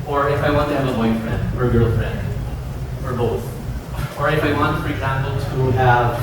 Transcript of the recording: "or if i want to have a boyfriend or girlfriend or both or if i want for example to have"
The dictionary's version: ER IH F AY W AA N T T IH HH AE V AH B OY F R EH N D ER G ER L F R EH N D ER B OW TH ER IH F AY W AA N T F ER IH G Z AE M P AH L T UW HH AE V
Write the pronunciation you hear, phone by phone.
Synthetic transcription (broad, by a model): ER IH F AY W AA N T T IH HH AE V AH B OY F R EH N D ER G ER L R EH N ER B OW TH ER IH F AY W AA N T F ER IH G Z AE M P L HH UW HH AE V